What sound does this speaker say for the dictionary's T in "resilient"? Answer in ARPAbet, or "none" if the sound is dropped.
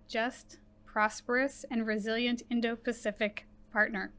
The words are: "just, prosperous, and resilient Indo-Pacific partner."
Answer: T